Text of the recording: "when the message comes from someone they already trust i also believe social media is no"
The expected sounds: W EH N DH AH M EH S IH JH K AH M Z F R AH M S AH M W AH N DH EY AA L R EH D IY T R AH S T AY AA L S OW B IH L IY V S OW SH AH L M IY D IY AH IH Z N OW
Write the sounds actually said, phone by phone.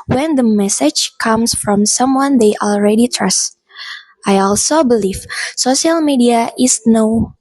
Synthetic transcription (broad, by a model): W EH N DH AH M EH S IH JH K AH M S F R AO M S AH M W AH N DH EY AA L R EH D IY T R AH S T AY AA L S OW B IH L IY V S OW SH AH L M IY D IY AH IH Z N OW